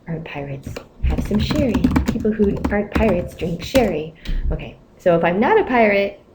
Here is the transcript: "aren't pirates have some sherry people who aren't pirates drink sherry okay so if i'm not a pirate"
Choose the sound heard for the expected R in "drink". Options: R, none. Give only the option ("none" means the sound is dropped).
R